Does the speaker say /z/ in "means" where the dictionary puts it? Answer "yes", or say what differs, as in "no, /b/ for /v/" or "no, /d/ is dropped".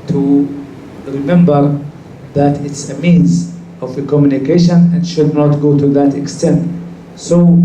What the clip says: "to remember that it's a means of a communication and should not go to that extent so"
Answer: yes